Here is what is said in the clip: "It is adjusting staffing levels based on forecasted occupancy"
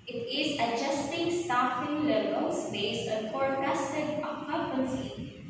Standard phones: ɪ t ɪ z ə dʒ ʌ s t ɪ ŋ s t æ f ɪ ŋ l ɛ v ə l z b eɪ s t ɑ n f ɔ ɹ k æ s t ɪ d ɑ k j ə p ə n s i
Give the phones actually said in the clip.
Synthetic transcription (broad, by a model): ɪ t ɪ z ə dʒ ʌ s t ɪ ŋ s t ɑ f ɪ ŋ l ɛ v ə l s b eɪ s ɑ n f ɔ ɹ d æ s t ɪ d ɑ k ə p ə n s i